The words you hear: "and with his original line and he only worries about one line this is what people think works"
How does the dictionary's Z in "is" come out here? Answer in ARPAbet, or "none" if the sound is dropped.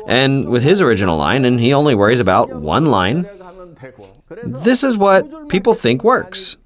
Z